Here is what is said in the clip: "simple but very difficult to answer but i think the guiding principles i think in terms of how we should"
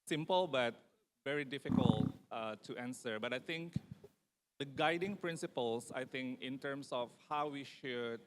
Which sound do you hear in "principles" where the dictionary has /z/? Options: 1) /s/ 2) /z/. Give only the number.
1